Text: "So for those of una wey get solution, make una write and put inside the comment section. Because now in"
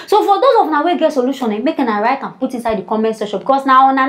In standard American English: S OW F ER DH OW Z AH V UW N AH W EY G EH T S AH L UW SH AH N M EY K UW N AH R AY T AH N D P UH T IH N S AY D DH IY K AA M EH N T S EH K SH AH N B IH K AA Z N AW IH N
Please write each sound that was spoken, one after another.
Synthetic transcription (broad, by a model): S OW F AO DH OW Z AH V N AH W EY G EH T S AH L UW SH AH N M EY K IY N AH R AY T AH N P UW T IH N S AY D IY K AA M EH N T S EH SH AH B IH K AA S N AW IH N